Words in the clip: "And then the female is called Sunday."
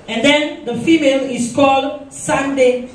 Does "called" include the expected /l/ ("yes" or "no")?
yes